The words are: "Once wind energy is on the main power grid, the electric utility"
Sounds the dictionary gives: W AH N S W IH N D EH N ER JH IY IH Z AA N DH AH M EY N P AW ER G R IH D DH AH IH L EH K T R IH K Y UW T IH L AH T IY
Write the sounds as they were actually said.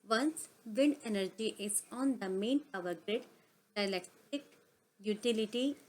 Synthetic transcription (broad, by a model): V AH N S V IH N D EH N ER JH IY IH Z AA N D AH M EY N P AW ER G R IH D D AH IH L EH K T IH K Y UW T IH L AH T IY